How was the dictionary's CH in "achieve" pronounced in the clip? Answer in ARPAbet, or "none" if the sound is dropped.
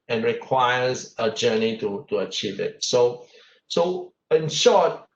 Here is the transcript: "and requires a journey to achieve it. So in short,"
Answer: CH